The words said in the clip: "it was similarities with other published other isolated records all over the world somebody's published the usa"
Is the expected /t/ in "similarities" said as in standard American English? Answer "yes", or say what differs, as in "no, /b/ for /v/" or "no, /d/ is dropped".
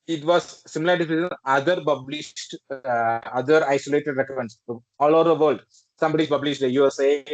no, /s/ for /t/